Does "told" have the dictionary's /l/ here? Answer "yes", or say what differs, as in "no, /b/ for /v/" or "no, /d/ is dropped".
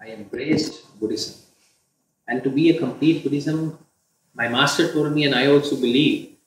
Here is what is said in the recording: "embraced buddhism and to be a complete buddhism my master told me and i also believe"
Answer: no, /l/ is dropped